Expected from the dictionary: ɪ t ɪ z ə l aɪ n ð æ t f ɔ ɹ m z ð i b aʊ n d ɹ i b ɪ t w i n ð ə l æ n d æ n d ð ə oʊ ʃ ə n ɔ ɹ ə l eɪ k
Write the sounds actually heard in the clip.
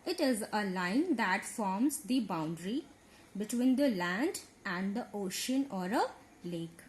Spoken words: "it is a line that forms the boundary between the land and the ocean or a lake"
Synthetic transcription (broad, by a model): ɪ t ɪ z ə l aɪ n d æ t f ɔ ɹ m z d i b aʊ n d ɹ i b ɪ t w i n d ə l æ n d æ n d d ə oʊ ʃ ə n ɔ ɹ ə l eɪ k